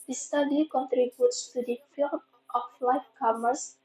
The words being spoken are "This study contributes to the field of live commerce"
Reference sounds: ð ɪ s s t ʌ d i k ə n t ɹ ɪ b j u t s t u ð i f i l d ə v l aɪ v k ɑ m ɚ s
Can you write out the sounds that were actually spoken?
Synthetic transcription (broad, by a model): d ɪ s s t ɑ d i k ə n t ɹ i b j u t s t u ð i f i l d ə f l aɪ f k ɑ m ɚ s